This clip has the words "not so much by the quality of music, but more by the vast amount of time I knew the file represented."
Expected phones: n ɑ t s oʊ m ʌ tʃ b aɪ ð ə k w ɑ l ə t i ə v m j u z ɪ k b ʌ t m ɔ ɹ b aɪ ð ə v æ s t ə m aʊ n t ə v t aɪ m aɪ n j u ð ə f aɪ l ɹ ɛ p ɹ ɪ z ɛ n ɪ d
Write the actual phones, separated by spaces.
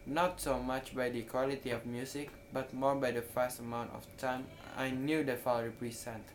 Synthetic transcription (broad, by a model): n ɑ t s oʊ m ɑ tʃ b aɪ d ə k w ɑ l ə t i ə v m j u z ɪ k b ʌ t m ɔ ɹ b aɪ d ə f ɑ s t ə m aʊ n t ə f t aɪ m aɪ n j u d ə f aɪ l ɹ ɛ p ɹ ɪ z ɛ n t